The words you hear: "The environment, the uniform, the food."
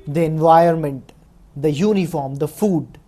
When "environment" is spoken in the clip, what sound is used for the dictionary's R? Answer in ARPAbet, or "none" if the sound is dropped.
none